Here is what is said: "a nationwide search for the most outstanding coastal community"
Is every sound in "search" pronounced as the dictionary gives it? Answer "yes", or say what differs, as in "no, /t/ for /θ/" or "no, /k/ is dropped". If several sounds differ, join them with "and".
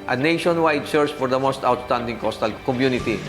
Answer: no, /s/ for /tʃ/